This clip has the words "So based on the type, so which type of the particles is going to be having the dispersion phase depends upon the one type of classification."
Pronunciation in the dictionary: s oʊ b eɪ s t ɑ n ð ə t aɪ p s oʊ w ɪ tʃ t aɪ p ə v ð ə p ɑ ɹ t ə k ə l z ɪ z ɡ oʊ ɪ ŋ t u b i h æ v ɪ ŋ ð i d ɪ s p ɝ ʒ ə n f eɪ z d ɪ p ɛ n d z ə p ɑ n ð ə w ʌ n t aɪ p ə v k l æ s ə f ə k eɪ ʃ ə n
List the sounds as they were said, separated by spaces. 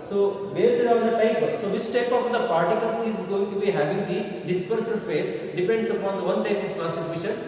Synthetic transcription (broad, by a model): s oʊ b eɪ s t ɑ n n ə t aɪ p s oʊ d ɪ s t aɪ p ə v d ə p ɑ ɹ t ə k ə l s ɪ z ɡ oʊ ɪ ŋ t u b i h æ v ɪ ŋ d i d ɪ s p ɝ s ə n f eɪ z d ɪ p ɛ n d s ə p ɑ n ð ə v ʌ n t aɪ p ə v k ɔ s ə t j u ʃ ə n